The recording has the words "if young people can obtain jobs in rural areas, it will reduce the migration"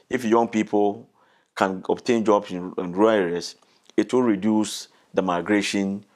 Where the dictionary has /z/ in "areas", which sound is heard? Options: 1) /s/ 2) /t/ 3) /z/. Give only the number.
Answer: 1